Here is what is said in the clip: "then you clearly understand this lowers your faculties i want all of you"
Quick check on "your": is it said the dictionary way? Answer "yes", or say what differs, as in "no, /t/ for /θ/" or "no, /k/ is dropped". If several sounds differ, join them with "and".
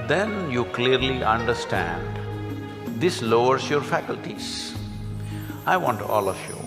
yes